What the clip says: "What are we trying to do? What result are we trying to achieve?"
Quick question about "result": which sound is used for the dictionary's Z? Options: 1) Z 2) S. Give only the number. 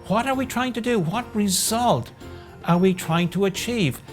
1